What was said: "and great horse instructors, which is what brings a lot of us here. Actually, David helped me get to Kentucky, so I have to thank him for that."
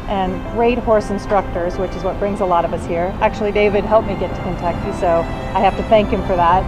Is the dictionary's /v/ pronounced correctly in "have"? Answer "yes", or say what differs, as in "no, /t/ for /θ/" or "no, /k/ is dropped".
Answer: no, /f/ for /v/